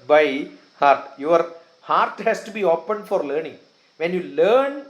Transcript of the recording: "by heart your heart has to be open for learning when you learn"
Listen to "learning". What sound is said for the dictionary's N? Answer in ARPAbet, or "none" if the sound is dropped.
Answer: N